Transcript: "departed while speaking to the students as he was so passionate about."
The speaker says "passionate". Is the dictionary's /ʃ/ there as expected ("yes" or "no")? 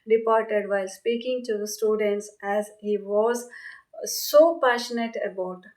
yes